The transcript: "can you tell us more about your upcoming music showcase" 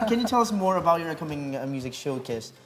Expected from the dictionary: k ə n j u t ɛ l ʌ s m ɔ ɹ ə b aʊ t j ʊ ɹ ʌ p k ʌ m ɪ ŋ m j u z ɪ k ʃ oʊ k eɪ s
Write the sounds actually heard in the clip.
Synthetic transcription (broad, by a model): k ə n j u t ɛ l ʌ s m ɔ ɹ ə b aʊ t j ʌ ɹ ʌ k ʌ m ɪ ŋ m j u z ɪ k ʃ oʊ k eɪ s